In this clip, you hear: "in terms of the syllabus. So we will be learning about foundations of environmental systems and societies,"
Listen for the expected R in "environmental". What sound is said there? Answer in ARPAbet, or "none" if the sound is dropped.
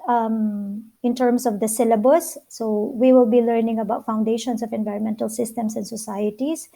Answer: R